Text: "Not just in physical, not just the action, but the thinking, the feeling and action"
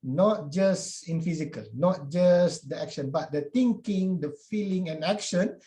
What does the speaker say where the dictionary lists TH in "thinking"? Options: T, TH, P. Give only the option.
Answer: T